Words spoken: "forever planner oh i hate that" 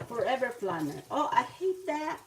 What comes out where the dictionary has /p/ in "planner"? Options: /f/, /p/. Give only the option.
/f/